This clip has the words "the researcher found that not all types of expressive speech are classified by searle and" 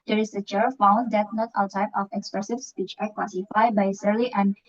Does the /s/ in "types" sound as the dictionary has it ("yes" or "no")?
no